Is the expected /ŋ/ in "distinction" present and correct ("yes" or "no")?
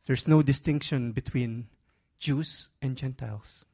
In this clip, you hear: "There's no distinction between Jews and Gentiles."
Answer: yes